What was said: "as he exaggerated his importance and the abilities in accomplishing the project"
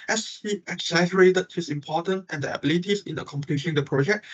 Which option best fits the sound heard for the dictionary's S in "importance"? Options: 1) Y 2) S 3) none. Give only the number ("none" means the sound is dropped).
3